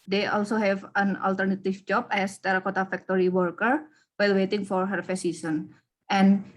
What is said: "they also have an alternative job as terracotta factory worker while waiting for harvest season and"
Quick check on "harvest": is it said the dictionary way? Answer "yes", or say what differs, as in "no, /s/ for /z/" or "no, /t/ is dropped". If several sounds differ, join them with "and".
no, /f/ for /v/